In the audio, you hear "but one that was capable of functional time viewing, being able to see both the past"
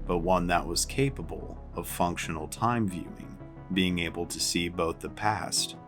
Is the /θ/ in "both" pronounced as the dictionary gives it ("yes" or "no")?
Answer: yes